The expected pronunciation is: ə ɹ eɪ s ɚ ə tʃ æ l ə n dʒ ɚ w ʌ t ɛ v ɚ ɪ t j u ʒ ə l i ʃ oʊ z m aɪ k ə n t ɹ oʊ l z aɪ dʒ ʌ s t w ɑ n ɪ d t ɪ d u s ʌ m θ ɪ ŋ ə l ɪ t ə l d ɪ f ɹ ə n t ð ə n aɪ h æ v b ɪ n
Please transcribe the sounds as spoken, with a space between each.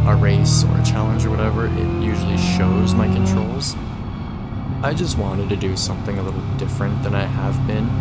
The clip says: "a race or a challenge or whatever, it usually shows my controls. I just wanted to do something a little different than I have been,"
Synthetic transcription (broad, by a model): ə ɹ eɪ s ɚ ə tʃ æ l ə n dʒ ɚ w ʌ t ɛ v ɚ ɪ t j u ʒ l i ʃ oʊ z m aɪ k ə n t ɹ oʊ l z aɪ dʒ ʌ s t w ɑ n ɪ d t ɪ d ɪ s ʌ m θ ɪ ŋ ə l ɪ t l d ɪ f ɹ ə n ð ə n aɪ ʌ v b ɪ n